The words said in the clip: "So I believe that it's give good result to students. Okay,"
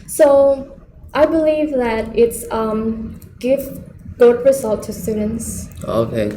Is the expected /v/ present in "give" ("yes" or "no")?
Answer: yes